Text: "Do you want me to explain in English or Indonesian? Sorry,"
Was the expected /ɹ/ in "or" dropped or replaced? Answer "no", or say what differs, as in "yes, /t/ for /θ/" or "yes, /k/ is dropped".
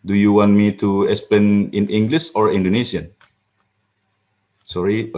no